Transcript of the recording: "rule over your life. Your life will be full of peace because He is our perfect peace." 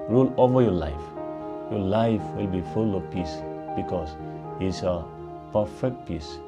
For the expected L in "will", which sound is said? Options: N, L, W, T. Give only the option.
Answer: L